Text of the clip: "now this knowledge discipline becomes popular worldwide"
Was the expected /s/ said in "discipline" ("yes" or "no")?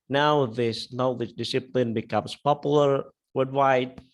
yes